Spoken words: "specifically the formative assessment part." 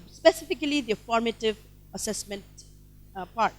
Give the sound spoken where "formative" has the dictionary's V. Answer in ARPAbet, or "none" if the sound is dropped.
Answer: V